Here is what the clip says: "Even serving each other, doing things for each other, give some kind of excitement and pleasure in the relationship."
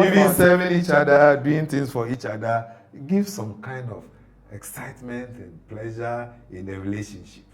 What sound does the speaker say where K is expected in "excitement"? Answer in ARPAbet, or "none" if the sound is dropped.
K